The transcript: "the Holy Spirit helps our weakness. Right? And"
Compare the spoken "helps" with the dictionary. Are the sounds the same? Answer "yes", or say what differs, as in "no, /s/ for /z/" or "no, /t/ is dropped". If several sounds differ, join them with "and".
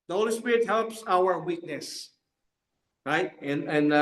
yes